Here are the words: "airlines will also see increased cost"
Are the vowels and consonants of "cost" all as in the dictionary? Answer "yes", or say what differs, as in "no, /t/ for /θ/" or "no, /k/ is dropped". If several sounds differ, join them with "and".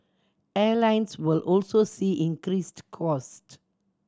yes